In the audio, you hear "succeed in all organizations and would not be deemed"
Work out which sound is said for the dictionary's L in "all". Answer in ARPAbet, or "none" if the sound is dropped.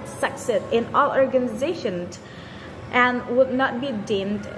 L